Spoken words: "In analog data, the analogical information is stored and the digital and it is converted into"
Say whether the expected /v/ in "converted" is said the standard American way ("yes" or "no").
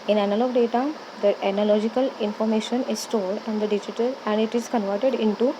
yes